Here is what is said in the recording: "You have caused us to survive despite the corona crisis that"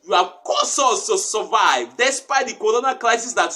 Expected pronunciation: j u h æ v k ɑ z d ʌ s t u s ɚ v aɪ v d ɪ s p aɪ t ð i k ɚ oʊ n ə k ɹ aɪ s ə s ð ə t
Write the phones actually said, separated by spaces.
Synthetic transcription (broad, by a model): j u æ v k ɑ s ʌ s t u s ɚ v aɪ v d ɪ s p aɪ t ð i k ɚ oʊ n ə k l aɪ s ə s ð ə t